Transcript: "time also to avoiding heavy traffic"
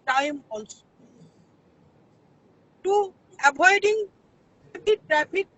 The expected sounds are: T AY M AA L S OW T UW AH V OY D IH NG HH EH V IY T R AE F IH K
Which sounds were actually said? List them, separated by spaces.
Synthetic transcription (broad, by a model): T AY M AA L S OW T UW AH B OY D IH NG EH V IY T R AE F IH K